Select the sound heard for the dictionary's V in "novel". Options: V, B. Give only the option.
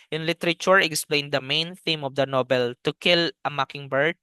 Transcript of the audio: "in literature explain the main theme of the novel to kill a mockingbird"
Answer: B